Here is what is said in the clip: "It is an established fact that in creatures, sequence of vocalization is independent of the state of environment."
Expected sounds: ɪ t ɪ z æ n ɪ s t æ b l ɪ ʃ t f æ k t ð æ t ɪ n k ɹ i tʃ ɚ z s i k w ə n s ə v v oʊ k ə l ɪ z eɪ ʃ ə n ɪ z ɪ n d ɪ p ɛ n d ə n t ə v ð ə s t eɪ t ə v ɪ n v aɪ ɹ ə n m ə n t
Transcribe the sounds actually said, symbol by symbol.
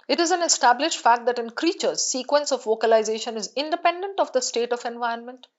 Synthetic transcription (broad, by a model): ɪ t ɪ z æ n ɪ s t æ b l ɪ ʃ t f æ k t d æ t ɪ n k ɹ i tʃ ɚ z s i k w ə n s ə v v oʊ k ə l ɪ z eɪ ʃ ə n ɪ z ɪ n d ɪ p ɛ n d ə n t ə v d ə s t eɪ t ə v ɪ n v aɪ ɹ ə n m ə n t